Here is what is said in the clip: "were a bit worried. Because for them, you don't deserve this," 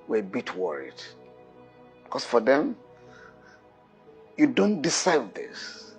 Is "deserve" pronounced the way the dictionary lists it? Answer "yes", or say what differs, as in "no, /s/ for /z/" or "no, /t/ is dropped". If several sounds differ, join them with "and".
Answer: no, /s/ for /z/